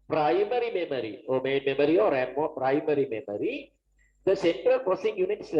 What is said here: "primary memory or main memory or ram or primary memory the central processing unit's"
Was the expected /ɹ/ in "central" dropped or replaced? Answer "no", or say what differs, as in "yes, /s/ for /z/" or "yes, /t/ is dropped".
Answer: no